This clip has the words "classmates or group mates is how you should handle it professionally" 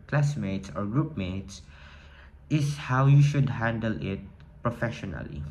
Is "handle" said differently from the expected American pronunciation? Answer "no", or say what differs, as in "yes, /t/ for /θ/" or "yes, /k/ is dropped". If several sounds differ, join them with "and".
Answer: no